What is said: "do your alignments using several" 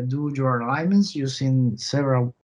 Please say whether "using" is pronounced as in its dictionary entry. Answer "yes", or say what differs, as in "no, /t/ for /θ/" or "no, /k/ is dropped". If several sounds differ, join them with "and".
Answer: no, /s/ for /z/